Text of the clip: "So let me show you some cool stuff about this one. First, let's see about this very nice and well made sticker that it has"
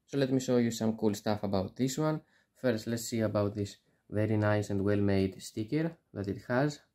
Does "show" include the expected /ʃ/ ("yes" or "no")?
no